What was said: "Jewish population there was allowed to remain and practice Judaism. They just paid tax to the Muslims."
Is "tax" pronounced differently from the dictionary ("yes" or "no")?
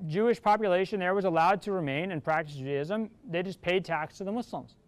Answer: no